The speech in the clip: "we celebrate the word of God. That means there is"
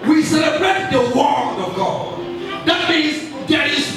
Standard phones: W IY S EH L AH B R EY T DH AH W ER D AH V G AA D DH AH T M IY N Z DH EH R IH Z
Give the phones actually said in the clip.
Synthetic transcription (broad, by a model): W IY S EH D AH R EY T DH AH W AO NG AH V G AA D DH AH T M IY N Z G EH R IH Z